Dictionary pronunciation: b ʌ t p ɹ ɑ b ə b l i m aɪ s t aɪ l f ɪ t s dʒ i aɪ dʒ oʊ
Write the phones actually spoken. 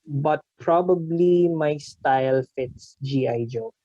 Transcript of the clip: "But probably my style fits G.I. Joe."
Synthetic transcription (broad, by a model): b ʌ t p ɹ ɑ b ə b l i m aɪ s t aɪ l f ɪ t s dʒ i aɪ dʒ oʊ